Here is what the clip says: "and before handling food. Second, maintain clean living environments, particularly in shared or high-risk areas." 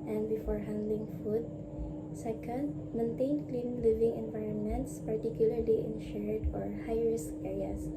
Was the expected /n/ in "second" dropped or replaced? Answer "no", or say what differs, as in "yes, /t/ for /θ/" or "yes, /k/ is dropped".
yes, /l/ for /n/